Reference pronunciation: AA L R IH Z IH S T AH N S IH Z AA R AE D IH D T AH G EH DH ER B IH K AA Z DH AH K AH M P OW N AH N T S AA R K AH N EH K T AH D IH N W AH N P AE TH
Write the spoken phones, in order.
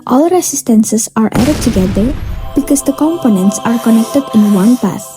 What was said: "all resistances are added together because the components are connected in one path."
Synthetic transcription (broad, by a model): AA L R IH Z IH S T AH N S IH S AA R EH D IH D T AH G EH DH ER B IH K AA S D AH K AH M P OW N AH N T S AA R K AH N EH K T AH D IH N W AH N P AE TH